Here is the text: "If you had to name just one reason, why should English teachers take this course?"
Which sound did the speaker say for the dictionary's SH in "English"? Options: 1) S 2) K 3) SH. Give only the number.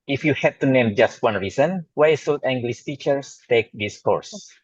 1